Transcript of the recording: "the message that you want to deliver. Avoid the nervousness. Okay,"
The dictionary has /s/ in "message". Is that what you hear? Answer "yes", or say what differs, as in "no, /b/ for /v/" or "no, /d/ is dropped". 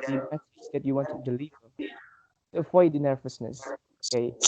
no, /θ/ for /s/